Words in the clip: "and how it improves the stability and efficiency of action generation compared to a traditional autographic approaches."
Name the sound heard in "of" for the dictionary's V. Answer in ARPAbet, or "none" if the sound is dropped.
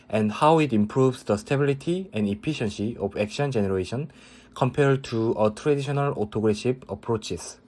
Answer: B